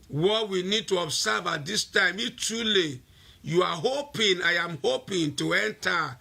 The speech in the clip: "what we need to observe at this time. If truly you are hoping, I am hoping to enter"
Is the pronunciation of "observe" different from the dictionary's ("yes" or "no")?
yes